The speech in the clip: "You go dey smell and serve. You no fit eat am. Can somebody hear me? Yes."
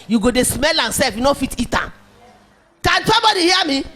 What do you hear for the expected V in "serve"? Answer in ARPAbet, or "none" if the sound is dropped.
F